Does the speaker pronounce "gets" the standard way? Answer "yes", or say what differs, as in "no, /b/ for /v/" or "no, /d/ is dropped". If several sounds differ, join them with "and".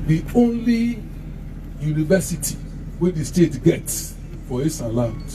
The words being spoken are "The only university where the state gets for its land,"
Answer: yes